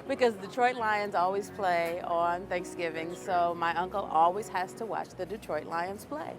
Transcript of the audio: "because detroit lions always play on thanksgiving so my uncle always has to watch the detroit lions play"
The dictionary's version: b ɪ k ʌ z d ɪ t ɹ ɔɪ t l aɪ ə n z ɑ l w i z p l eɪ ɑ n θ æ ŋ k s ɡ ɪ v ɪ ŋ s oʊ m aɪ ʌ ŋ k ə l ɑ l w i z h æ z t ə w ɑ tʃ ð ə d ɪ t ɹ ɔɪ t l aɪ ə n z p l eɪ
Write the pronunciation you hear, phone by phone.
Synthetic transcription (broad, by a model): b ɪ k ʌ z d ɪ t ɹ ɔɪ t l aɪ ə n z ɑ l w i z p l eɪ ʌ n θ æ ŋ k s ɡ ɪ v ɪ ŋ s oʊ m aɪ ʌ ŋ k ə l ɑ l w i z h æ z t ə w ɑ tʃ ð ə d ɪ t ɹ ɔɪ t l aɪ ə n z p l eɪ